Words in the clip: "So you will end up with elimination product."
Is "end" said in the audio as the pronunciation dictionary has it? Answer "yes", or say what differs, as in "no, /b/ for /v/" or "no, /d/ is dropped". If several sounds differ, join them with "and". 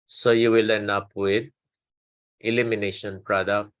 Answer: no, /d/ is dropped